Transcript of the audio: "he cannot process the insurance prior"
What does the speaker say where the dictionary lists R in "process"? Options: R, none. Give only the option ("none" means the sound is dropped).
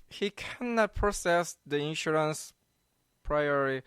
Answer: none